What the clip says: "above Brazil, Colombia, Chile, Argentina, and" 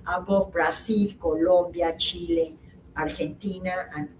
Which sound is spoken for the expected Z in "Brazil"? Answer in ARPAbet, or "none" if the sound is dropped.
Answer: S